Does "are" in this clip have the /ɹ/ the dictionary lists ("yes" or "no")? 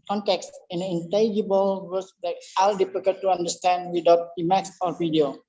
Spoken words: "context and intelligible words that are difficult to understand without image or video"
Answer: no